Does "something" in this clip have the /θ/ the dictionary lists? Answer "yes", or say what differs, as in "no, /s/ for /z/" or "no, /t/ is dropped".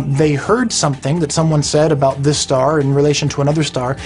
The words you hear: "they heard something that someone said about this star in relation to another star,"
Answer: yes